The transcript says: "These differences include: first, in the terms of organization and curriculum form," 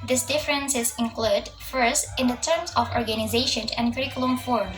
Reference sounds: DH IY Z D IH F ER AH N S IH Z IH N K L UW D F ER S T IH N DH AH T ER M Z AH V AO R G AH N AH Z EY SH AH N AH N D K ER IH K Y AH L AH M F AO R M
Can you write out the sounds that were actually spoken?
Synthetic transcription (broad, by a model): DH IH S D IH F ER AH N S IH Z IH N K L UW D F ER S T IH N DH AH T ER M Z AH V AO R G AH N AH Z EY SH AH N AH N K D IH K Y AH L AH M F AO R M